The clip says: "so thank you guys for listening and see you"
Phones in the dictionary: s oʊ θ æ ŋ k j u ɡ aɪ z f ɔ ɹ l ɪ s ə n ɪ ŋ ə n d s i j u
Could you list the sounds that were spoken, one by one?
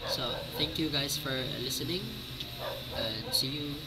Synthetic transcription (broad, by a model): s oʊ t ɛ ŋ k j u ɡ aɪ s f ɔ ɹ l ɪ s ə n ɪ ŋ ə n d s i j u